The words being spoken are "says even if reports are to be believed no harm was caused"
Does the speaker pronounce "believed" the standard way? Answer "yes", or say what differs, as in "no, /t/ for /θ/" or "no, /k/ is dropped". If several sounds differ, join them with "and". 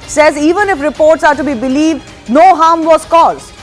yes